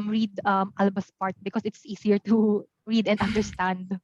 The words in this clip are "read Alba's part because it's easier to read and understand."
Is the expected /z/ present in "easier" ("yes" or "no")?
no